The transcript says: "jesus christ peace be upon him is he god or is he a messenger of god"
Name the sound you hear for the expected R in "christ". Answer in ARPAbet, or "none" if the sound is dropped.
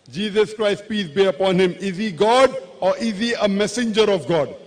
R